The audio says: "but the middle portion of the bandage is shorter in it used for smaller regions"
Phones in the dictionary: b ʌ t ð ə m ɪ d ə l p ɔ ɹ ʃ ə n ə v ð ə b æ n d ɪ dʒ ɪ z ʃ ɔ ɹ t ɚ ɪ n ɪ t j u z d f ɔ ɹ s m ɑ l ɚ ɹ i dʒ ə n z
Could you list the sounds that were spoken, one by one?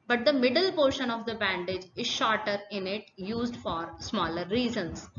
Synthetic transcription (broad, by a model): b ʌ t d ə m ɪ d ə l p ɔ ɹ ʃ ə n ə v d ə b æ n d ɪ dʒ ɪ z ʃ ɔ ɹ t ɚ ɪ n ɪ t j u z d f ɔ ɹ s m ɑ l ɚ ɹ i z ə n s